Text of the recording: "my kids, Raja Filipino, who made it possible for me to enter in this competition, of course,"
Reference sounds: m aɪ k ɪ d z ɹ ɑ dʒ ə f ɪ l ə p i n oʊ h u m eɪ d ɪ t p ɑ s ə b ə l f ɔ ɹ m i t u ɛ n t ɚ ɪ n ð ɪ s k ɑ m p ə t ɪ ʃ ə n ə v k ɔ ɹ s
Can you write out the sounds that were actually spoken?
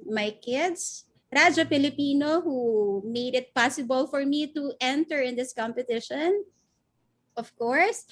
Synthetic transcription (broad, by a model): m aɪ k ɪ d s ɹ ɑ dʒ ə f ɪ l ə p i n oʊ h u m eɪ d ɪ t p ɑ s ə b ə l f ɔ ɹ m i t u ɛ n t ɚ ɪ n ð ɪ s k ɑ m p ə t ɪ ʃ ə n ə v k ɔ ɹ s